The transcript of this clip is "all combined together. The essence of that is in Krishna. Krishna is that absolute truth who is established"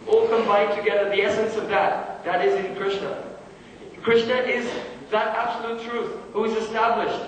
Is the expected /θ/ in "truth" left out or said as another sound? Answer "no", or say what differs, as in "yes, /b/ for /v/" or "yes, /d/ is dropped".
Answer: no